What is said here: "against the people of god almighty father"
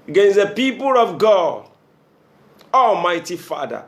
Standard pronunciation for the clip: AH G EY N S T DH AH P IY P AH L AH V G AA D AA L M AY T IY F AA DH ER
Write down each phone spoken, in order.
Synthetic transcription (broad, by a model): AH G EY N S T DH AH P IY P AH L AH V G AA D AA L M AY T IY F AA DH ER